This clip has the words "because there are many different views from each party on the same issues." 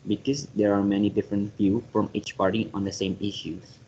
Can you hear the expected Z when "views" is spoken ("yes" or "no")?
no